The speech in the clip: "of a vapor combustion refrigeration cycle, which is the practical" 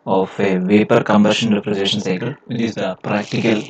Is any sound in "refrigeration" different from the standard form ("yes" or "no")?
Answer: yes